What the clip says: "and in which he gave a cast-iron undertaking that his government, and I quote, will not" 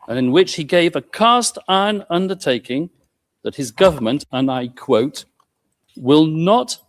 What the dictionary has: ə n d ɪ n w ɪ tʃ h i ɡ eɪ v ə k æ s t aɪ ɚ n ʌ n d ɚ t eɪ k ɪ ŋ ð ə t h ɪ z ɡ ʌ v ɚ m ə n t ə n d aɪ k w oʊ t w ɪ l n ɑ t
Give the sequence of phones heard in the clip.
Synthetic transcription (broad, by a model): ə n ɪ n w ɪ tʃ h i ɡ eɪ v ə k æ s t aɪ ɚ n ʌ n d ɚ t eɪ k ɪ ŋ ð ə t h ɪ z ɡ ʌ v ɚ m ə n t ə n aɪ k w oʊ t w ɪ l n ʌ t